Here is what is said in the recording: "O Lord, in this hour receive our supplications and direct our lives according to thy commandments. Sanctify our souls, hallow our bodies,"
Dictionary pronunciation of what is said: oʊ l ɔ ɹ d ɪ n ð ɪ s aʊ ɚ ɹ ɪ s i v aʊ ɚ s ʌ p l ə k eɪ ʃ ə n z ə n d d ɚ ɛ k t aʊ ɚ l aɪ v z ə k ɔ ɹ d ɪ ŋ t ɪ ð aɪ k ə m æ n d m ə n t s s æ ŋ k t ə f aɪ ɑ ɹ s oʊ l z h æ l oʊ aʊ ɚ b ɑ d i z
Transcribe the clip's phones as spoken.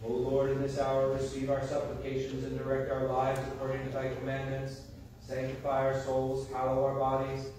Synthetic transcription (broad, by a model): oʊ l ɔ ɹ d ɪ n ð ɪ s aʊ ɚ ɹ ɪ s i v aʊ ɚ s ʌ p l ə k eɪ ʃ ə n z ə n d d ɚ ɛ k t aʊ ɚ l aɪ v z ə k ɔ ɹ d ɪ ŋ t ɪ ð aɪ k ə m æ n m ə n t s s æ ŋ k t ə f aɪ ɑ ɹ s oʊ l z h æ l oʊ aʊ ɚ b ɑ d i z